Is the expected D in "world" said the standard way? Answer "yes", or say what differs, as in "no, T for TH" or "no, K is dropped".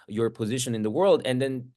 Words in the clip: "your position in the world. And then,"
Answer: yes